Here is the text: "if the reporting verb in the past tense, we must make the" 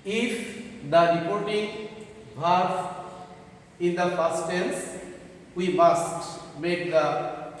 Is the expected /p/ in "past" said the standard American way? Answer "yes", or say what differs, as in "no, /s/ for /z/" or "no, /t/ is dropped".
no, /f/ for /p/